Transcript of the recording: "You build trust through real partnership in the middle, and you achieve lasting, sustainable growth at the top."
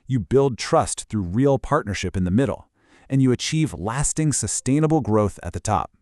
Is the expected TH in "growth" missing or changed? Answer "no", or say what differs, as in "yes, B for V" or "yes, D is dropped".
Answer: no